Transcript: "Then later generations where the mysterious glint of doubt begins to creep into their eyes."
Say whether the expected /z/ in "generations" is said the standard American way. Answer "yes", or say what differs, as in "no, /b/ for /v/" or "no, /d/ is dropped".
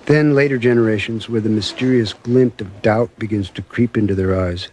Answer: yes